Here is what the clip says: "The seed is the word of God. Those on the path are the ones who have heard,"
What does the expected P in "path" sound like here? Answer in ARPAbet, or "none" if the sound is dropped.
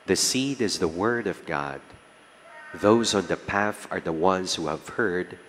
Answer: P